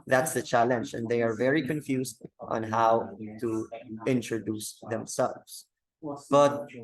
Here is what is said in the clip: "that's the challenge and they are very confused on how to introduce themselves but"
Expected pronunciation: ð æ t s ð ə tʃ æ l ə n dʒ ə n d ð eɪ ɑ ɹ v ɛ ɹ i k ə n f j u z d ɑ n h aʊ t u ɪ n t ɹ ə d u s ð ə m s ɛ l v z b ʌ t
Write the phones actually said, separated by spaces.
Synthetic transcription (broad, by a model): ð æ t s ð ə tʃ æ l ə n dʒ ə n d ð eɪ ɑ ɹ v ɛ ɹ i k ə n f j u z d ɑ n h aʊ t u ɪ n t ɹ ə d u s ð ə m s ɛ l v s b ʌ t